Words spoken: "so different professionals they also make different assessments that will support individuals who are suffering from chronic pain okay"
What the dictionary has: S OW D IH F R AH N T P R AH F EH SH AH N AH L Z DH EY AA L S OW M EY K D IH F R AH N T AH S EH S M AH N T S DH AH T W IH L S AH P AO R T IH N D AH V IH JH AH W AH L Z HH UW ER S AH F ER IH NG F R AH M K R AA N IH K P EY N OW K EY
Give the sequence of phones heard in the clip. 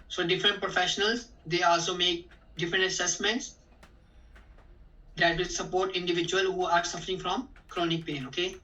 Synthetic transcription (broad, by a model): S OW D IH F R AH N T P R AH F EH SH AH N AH L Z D EY AA L S OW M EY K D IH F R AH N T AH S EH S M AH N T S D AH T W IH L S AH P AO R T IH N D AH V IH JH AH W AH L HH UW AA S AH F ER IH NG F R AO M K R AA N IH K P EY N OW K EY